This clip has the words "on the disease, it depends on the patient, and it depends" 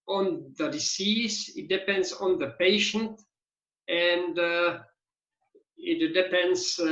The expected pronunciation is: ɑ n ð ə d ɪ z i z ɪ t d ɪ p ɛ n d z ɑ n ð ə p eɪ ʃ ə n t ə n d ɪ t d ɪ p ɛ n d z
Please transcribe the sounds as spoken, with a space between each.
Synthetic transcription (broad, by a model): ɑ n ð ə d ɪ s i s ɪ t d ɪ p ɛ n d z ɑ n ð ə p eɪ ʃ ə n t ə n d ɪ t d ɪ p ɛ n d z